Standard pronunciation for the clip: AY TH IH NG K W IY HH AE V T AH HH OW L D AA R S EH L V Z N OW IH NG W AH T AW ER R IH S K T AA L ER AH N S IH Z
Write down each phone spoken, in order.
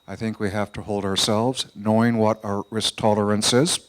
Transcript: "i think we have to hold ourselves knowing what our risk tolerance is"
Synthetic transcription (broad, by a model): AY TH IH NG K W IY HH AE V T AH HH OW L D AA R S EH L V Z N OW IH NG W AH T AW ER R IH S K T AA L ER AH N S IH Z